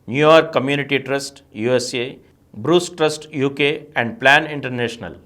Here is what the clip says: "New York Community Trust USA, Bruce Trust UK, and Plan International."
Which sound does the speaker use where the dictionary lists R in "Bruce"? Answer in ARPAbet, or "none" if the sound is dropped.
R